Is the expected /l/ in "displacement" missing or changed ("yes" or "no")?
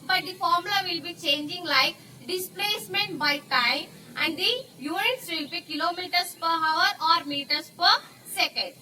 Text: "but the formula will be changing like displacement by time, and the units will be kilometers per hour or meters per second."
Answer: no